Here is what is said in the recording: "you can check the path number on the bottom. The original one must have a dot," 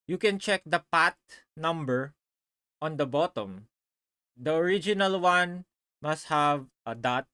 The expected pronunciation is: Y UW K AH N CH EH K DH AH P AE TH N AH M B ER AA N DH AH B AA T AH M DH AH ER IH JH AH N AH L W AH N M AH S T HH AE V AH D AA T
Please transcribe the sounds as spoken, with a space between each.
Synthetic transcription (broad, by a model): Y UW K AH N CH EH K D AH P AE T N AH M B ER AA N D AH B AA T AH M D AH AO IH JH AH N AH L W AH N M AH S T HH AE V AH D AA T